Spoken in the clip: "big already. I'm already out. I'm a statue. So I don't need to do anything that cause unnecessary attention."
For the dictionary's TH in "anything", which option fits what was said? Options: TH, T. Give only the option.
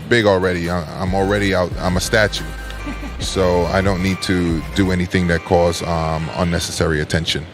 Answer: TH